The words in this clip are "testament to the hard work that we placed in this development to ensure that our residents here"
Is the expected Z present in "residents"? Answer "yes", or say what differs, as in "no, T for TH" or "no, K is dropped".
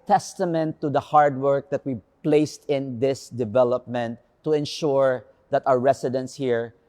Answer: no, S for Z